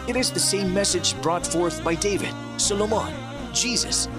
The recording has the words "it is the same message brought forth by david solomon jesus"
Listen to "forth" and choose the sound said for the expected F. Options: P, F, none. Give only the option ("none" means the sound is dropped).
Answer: F